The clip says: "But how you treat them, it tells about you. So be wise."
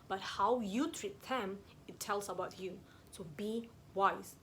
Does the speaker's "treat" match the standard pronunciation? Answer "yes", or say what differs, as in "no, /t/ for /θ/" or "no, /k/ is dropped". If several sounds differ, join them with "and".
yes